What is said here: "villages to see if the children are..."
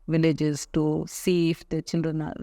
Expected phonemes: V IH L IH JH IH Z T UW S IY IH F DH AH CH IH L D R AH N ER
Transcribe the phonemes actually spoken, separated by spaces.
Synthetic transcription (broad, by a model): V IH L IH JH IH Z T UW S IY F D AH CH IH N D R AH N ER